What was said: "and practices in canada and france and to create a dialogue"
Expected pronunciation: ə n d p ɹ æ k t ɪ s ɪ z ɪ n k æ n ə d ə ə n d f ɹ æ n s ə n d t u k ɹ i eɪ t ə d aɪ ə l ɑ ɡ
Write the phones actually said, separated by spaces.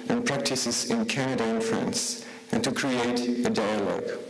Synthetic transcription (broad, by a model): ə n p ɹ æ k t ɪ s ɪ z ɪ n k æ n ə d ə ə n f ɹ æ n s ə n t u k ɹ i eɪ t ə d aɪ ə l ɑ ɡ